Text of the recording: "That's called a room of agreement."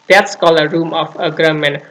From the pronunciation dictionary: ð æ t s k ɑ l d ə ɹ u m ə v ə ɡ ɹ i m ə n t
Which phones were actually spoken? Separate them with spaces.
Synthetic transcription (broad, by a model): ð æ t s k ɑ l ə ɹ u m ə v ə ɡ ɹ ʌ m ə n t